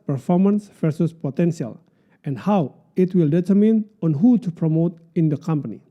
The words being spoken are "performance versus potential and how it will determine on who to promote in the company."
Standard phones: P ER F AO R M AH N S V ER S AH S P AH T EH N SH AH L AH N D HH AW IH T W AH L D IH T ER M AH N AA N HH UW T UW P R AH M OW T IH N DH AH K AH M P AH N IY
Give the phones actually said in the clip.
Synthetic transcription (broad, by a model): P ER F AO R M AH N S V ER S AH S P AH T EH N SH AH L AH N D HH AW IH T W AH L D IH T ER M AH N AA N HH UW T UW P R AH M OW T IH N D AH K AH M P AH N IY